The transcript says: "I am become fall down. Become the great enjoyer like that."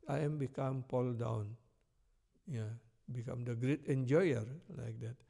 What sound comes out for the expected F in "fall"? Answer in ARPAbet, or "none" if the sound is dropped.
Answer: P